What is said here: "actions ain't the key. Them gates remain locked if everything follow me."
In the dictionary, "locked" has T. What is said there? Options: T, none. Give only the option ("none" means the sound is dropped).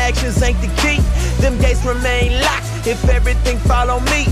none